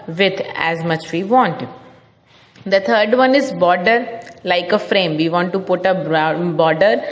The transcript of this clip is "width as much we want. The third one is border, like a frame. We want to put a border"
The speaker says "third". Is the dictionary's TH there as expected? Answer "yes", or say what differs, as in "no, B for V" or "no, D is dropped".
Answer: no, T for TH